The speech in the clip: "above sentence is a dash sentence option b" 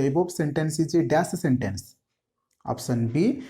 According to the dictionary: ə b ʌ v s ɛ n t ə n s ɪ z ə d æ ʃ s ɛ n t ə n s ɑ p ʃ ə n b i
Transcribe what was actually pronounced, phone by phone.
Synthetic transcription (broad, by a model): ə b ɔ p s ɛ n t ə n s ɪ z ə d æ s s ɛ n t ə n s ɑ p s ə n b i